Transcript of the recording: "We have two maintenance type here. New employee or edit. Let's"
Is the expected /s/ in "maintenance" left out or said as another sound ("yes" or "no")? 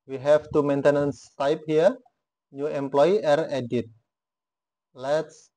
no